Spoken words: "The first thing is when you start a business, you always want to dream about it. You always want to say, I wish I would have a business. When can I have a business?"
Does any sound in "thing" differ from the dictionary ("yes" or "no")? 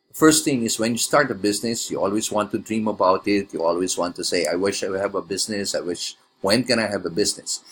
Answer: yes